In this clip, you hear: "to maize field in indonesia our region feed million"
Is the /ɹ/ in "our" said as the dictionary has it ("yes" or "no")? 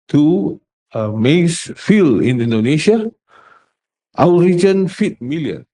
no